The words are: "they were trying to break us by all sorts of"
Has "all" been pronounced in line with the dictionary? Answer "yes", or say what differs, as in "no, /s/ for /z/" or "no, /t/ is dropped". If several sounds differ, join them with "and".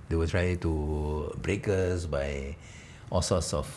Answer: yes